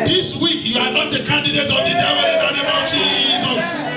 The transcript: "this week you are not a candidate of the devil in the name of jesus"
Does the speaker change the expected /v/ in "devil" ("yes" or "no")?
yes